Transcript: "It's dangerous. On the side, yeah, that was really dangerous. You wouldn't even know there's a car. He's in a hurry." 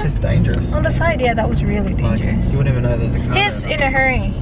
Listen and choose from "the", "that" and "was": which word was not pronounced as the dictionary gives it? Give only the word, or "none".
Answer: none